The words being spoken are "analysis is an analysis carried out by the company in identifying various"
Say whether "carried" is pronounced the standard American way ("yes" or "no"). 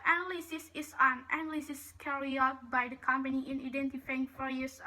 no